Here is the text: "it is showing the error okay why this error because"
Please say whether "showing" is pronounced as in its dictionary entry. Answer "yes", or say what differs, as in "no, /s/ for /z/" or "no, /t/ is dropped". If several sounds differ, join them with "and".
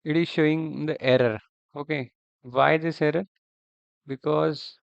yes